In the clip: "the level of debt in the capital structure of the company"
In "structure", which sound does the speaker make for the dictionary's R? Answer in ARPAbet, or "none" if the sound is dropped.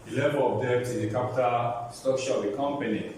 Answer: none